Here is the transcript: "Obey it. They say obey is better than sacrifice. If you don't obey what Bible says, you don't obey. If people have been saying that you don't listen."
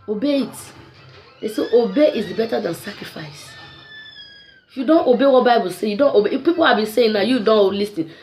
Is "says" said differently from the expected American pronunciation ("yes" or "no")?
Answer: yes